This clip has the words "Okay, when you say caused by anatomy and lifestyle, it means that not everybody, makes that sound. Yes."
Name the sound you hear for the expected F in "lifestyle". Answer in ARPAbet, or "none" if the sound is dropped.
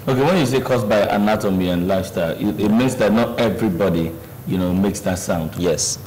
none